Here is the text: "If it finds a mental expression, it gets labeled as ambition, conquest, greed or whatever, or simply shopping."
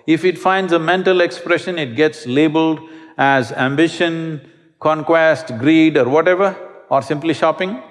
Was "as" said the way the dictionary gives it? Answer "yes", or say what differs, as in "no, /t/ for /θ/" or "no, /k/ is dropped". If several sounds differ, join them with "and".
yes